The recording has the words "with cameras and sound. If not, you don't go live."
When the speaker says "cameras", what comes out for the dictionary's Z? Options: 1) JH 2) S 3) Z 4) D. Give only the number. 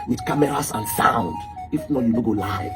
2